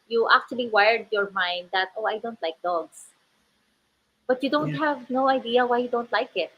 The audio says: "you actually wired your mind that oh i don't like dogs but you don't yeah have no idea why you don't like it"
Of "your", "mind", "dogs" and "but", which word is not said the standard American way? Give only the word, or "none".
dogs